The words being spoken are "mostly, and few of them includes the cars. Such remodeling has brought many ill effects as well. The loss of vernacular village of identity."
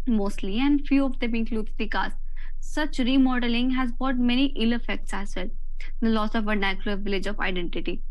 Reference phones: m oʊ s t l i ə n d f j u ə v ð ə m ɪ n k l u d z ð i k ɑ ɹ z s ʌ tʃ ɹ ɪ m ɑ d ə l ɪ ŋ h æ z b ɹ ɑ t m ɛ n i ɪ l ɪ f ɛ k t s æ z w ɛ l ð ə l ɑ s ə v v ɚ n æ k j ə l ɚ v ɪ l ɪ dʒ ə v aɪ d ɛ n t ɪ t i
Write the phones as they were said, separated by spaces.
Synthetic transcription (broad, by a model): m oʊ s t l i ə n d f j u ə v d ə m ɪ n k l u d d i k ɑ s s ʌ tʃ ɹ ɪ m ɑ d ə l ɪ ŋ h æ z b ɑ t m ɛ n i ɪ l ɪ f ɛ k t s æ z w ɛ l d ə l ɑ s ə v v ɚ n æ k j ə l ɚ v ɪ l ɪ dʒ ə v aɪ d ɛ n t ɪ t i